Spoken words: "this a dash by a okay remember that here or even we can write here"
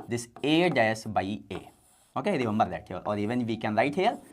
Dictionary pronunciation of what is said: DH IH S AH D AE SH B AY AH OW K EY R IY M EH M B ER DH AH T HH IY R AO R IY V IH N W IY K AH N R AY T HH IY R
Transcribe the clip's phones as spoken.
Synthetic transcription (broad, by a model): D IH S AH D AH S B AY AH OW K EY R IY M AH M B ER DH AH T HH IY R AO R IY V IH N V IY K AH N R AY T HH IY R